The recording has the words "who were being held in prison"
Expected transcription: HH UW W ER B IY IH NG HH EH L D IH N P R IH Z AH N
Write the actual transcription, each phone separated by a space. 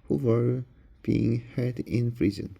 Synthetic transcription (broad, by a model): HH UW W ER B IY IH NG HH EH D IH N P R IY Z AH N